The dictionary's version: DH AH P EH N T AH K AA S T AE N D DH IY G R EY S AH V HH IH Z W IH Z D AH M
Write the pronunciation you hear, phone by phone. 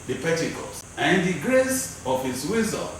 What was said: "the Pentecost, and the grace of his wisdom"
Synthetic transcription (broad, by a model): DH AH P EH T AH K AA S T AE N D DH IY G R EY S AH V HH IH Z W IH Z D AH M